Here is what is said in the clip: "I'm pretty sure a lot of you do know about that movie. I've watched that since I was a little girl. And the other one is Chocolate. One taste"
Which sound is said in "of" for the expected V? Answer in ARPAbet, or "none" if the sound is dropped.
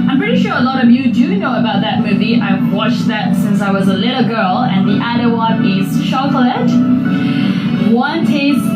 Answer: V